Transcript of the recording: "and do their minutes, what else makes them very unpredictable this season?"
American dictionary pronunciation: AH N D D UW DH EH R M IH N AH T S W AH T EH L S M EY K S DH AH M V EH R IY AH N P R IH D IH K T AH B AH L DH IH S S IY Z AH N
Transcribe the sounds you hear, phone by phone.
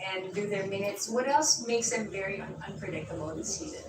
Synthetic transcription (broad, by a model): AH N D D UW DH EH R M IH N AH T S W AH T EH L S M EY K S DH AH M V EH R IY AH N P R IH D IH K T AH B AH N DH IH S S IY Z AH N